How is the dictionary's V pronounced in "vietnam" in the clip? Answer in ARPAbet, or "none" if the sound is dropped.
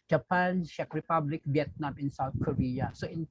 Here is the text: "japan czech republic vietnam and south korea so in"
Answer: B